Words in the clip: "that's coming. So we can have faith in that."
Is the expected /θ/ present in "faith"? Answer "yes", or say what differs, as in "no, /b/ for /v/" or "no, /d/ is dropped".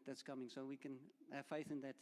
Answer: yes